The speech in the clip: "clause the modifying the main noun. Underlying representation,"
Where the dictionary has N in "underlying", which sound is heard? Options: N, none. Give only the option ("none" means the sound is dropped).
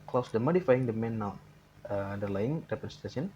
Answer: none